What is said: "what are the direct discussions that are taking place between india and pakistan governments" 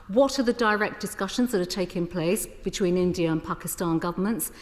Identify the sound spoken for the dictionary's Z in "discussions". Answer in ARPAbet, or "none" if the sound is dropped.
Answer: Z